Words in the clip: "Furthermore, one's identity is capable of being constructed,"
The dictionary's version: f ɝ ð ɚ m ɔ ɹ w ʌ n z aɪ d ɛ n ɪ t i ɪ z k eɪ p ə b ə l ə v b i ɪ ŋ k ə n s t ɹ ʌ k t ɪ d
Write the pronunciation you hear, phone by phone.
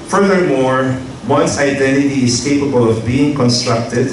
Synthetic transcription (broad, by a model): f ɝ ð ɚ m ɔ ɹ w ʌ n s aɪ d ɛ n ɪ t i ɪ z k eɪ p ə b ə l ə v b i ɪ ŋ k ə n s t ɹ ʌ k t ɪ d